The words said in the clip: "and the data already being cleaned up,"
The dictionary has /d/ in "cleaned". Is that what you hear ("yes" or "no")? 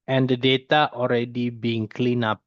no